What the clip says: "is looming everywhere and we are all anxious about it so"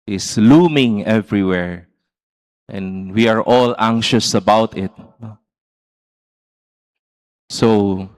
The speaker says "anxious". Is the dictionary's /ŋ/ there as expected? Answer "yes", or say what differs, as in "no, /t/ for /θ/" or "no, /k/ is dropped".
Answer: yes